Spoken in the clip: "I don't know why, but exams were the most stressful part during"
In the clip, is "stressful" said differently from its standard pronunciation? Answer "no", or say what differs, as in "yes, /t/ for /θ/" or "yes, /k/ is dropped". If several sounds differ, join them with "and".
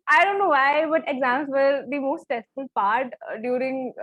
yes, /ɹ/ is dropped